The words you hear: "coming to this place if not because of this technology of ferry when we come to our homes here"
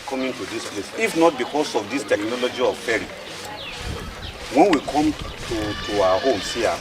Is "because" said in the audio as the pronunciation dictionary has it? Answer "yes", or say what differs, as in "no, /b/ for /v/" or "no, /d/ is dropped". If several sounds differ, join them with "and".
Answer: no, /s/ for /z/